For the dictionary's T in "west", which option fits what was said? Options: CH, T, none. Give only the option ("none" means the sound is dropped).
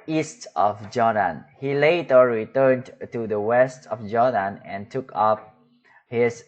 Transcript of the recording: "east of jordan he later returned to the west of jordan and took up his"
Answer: T